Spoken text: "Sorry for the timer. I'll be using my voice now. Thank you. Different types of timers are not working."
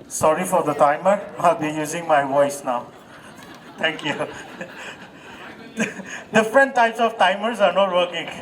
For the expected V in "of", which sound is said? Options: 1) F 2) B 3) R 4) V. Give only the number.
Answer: 1